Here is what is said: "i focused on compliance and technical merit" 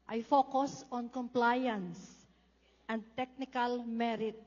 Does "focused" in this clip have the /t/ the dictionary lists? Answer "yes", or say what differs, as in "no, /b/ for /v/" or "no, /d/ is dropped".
no, /t/ is dropped